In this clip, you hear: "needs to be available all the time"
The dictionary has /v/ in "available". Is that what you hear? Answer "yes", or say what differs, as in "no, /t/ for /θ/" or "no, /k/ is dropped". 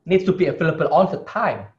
no, /f/ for /v/